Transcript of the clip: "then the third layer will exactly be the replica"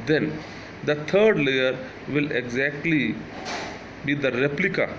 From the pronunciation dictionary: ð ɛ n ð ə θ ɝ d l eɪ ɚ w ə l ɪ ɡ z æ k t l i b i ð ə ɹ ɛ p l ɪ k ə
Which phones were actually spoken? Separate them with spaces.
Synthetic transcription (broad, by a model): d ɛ n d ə t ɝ d l eɪ ɚ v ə l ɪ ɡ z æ k t l i b i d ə ɹ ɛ p l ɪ k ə